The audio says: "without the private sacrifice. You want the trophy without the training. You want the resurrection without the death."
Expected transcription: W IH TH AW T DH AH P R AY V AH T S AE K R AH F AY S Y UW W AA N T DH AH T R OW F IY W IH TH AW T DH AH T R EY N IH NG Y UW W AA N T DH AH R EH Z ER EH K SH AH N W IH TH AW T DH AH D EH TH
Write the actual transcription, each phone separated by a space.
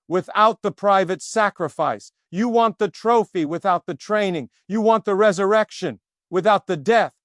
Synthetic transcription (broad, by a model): W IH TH AW T DH AH P R AY V AH T S AE K R AH F AY S Y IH W AA N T DH AH T R OW F IY W IH TH AW T DH AH T R EY N IH NG Y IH W AA N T DH AH R EH Z ER EH K SH AH N W IH TH AW T DH AH D EH TH